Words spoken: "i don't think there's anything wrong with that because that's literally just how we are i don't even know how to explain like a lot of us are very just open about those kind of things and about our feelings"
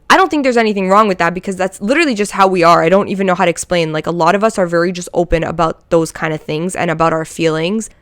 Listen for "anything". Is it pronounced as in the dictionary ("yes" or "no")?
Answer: yes